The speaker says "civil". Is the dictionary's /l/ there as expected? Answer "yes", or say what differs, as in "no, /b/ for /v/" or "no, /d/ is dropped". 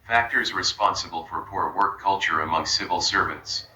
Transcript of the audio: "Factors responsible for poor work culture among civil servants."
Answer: yes